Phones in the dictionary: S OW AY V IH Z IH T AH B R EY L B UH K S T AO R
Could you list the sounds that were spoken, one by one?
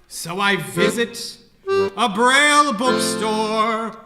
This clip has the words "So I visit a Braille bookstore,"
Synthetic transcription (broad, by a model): S OW AY V IH Z IH T AH B R EY L B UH K S T AO R